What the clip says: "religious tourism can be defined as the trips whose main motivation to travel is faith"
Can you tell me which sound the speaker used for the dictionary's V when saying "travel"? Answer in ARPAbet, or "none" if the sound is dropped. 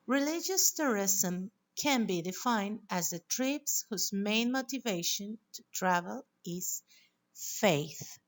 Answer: V